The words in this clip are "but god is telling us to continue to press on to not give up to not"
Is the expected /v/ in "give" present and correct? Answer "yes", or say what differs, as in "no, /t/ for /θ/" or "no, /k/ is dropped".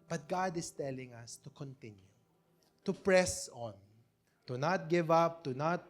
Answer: yes